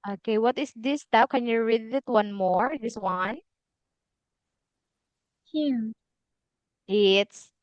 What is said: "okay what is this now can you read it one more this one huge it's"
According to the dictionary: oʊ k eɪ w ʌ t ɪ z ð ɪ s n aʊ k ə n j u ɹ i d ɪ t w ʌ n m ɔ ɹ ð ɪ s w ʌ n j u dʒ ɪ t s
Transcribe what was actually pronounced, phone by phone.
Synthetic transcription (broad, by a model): oʊ k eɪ w ʌ t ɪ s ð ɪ s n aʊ k ə n j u ɹ i d ɪ t w ʌ n m ɔ ɹ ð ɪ s w ʌ n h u ɪ t s